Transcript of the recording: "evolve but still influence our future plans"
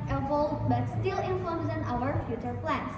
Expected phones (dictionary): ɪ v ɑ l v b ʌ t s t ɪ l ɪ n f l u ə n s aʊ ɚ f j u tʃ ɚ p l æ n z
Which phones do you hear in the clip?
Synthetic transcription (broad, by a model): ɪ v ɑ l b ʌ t s t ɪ l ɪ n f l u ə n aʊ ɚ f j u tʃ ɚ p l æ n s